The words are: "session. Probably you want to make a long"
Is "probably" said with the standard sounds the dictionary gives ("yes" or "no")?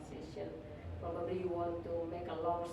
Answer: no